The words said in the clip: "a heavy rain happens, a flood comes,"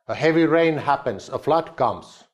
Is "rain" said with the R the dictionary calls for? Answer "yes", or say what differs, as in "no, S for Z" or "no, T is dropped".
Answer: yes